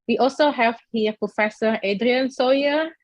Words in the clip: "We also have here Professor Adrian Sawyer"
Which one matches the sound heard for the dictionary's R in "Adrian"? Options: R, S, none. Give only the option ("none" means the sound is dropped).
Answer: R